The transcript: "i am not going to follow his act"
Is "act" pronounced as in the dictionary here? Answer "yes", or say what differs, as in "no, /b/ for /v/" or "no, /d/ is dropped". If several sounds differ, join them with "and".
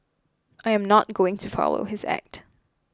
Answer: yes